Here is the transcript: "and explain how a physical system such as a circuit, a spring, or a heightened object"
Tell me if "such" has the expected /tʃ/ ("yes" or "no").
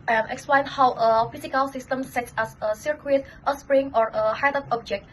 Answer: no